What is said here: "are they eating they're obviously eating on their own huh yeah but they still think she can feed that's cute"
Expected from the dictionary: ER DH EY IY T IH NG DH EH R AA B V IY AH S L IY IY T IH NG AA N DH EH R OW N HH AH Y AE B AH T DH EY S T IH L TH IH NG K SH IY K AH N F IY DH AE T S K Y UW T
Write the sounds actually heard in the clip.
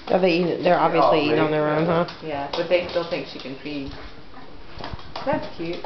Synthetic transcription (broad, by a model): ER DH EY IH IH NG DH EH R AA B V IY AH S L IY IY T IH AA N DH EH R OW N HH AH Y AE B AH T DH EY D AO N TH IH NG K SH IY K AH N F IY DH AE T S K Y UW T